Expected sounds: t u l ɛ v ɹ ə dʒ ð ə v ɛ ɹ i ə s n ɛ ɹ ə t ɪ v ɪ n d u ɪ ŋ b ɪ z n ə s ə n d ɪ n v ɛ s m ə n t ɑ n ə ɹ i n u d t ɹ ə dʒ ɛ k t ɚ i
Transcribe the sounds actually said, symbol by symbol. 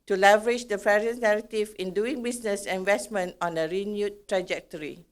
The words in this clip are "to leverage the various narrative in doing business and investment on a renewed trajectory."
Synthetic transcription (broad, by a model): t u l ɛ v ɹ ə dʒ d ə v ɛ ɹ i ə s n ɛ ɹ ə t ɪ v ɪ n d u ɪ ŋ b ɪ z n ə s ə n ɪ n v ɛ s m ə n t ɑ n ə ɹ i n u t ɹ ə dʒ ɛ k t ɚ i